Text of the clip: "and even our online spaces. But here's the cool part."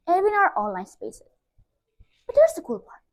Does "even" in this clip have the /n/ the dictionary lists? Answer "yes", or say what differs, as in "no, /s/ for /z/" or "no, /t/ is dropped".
no, /n/ is dropped